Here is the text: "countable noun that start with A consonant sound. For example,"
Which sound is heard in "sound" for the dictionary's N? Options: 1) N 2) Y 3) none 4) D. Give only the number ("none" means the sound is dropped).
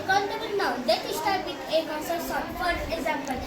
3